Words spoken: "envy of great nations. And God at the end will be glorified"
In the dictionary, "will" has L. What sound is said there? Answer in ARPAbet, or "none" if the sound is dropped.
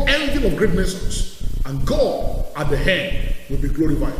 L